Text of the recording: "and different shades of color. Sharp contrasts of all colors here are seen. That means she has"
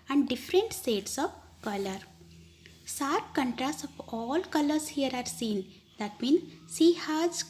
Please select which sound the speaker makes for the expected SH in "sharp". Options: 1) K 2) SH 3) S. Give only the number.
3